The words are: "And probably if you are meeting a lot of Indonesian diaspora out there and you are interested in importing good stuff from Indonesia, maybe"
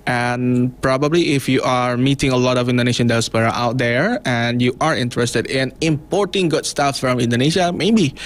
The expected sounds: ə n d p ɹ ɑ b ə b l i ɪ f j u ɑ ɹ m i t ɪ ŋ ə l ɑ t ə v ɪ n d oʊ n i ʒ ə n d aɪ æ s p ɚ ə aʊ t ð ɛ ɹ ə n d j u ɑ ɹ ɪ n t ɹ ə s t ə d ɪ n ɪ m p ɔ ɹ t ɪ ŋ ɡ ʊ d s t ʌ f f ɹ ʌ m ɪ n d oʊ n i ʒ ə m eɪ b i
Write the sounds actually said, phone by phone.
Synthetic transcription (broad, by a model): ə n p ɹ ɑ b ə b l i ɪ f j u ɑ ɹ m i t ɪ ŋ ə l ɑ t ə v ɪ n d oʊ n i ʃ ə n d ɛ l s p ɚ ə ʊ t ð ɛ ɹ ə n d j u ɑ ɹ ɪ n t ɹ ə s t ə d ɪ n ɪ m p ɔ ɹ t ɪ ŋ ɡ ʊ d s t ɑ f f ɹ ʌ m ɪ n d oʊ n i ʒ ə m eɪ b i